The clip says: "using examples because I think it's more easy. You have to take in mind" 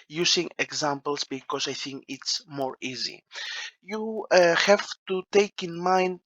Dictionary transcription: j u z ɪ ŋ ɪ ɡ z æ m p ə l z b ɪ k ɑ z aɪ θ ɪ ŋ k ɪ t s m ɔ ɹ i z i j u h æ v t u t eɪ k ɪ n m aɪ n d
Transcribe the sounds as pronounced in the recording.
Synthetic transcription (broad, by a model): j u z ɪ ŋ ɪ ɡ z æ m p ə l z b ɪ k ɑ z aɪ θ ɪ ŋ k ɪ t s m ɔ ɹ i z i j u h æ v t u t eɪ k ɪ n m aɪ n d